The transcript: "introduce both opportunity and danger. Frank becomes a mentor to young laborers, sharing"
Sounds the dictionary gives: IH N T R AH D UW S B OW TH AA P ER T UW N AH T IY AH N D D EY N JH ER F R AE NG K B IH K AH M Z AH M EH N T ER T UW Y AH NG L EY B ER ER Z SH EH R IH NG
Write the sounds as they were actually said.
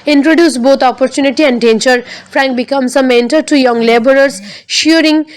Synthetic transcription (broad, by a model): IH N T R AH D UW S B OW T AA P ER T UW N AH T IY AH N D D EY N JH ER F R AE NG K B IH K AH M S AH M EH N T ER T UW Y AH NG L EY B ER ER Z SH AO R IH NG